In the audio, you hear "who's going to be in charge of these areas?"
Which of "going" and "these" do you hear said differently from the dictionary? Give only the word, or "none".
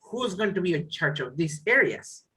these